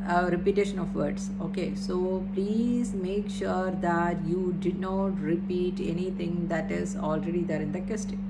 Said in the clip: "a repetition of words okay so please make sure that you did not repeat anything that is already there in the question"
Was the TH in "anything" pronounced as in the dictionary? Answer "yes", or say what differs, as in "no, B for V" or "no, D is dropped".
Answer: no, T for TH